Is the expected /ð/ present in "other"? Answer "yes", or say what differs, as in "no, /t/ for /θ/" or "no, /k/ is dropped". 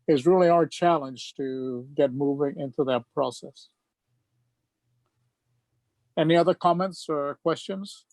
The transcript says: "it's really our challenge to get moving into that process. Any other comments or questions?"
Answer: yes